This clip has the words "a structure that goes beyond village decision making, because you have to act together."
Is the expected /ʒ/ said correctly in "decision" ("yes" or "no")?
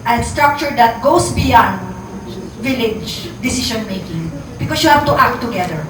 no